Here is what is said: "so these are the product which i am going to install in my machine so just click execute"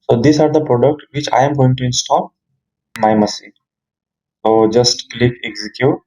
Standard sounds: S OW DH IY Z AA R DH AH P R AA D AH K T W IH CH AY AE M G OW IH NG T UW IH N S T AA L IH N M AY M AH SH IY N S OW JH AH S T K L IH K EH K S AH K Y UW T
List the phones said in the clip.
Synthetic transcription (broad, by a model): S OW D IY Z AA R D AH P R AA D AH K T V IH CH AY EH M G OW IH NG T UW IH N S T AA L M AY M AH S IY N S OW JH AH S T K L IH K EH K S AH K Y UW T